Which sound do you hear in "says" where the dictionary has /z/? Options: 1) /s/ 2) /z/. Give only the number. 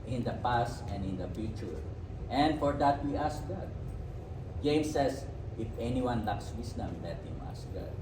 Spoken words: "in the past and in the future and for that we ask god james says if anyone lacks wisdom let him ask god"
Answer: 1